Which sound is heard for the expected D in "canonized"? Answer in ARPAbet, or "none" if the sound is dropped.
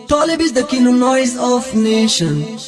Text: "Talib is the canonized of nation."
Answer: none